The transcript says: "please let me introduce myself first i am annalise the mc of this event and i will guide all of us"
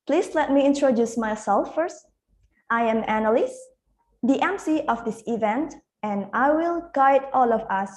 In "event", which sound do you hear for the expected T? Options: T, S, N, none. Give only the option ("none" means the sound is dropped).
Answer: T